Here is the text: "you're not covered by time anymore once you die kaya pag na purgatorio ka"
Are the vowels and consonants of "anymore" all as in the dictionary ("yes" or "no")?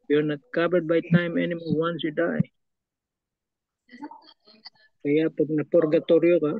no